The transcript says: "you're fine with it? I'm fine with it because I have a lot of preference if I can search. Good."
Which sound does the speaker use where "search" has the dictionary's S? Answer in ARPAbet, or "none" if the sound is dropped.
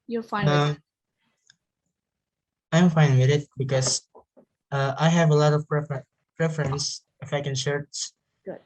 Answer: SH